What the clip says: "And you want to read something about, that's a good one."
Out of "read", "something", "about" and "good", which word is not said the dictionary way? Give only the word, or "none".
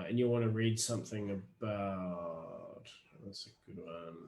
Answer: none